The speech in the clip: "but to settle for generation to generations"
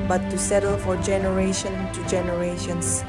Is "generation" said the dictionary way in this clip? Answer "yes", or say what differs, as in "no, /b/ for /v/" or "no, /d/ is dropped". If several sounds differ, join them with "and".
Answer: yes